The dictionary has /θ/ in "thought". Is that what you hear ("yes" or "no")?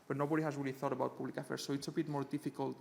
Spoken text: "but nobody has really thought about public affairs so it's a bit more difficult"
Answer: yes